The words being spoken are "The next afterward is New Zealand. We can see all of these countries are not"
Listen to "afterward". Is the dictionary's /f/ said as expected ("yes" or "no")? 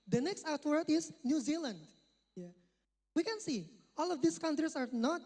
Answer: no